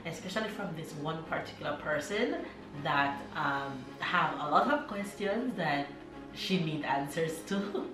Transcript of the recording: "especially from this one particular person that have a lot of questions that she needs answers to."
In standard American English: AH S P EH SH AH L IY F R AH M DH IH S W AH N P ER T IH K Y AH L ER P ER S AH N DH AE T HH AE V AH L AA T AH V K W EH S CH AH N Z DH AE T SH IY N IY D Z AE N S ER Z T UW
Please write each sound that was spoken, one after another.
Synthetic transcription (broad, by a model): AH S P EH SH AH L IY F R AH M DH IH S W AH N P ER T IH K Y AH L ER P ER S AH N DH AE T HH AE V AH L AA T AH V K W EH S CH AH N S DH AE T SH IY N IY D AE N S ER S T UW